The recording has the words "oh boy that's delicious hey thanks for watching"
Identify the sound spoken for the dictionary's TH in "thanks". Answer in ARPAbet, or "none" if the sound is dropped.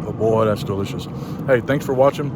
TH